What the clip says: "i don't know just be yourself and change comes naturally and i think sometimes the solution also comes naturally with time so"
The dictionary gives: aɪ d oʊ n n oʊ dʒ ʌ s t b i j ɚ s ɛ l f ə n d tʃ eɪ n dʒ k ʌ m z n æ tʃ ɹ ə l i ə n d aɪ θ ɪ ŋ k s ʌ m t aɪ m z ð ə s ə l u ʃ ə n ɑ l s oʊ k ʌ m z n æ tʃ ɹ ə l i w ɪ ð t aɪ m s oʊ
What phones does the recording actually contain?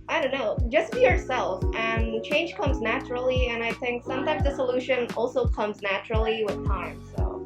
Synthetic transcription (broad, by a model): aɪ d oʊ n n oʊ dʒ ʌ s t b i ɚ s ɛ l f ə n tʃ eɪ n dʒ k ʌ m z n æ tʃ ɹ l i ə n aɪ θ ɪ ŋ k s ʌ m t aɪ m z ð ə s ə l u ʃ ə n ɑ l s oʊ k ʌ m z n æ tʃ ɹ l i w ɪ ð t aɪ m s oʊ